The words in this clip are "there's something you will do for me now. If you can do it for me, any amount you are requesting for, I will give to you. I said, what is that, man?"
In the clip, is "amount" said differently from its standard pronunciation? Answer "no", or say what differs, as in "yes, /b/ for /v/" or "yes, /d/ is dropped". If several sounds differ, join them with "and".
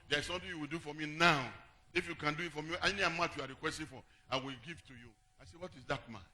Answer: yes, /n/ is dropped